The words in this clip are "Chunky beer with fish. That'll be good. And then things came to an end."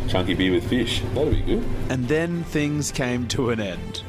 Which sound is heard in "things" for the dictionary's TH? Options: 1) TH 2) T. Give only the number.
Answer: 1